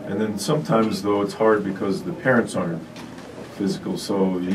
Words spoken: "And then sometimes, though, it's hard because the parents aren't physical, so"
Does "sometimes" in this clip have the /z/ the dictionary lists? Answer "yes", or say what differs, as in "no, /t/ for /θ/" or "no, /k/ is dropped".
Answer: yes